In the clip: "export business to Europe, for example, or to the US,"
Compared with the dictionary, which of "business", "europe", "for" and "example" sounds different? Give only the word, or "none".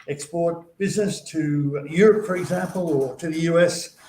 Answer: none